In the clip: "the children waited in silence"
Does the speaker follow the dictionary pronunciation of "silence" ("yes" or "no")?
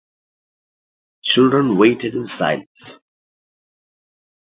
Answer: yes